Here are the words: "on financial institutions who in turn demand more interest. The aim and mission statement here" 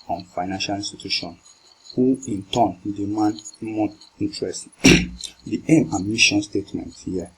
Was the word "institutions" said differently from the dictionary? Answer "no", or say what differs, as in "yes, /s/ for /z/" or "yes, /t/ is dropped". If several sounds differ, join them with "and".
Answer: yes, /n/ is dropped and /z/ is dropped